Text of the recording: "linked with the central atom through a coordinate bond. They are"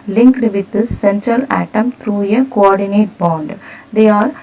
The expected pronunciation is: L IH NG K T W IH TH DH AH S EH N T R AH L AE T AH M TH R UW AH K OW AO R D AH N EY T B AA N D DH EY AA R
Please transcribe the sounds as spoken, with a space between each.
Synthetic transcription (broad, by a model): L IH NG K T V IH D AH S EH N T R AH L AE T AH M T R UW AH K OW AO R D AH N EY T B AA N D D EY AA R